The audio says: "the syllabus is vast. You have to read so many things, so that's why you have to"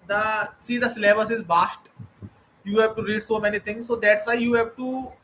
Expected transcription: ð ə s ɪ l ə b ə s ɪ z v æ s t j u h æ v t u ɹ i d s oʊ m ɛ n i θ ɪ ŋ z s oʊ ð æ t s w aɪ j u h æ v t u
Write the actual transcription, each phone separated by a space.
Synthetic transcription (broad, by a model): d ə s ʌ l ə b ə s ɪ z b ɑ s t j u h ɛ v t u ɹ i d s oʊ m ɛ n i t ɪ ŋ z s oʊ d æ t s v aɪ j u h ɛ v t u